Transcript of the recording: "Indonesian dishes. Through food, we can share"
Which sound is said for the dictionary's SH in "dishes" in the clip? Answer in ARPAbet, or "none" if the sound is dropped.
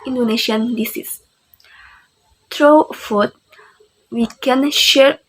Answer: S